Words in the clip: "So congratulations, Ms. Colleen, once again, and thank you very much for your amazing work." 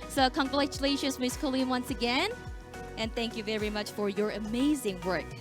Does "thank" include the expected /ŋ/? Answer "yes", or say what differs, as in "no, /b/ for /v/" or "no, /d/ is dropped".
yes